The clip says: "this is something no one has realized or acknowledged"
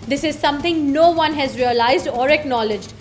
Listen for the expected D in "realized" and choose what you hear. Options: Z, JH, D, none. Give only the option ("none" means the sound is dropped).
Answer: D